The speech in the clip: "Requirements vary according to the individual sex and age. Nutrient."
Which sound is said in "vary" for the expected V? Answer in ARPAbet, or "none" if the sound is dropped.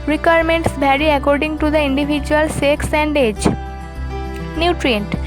B